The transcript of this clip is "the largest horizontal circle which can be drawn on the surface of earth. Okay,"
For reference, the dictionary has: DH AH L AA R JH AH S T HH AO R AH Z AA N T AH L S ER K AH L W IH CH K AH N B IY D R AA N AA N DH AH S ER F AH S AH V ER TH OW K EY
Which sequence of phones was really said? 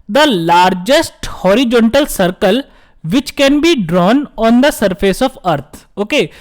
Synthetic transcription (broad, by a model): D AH L AA R JH AH S T HH AO R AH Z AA N T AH L S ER K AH L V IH CH K AH N B IY D R AA N AA N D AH S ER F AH S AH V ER T OW K EY